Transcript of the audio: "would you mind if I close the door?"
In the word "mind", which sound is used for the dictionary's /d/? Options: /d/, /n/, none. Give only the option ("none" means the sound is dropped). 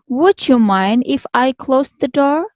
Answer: /d/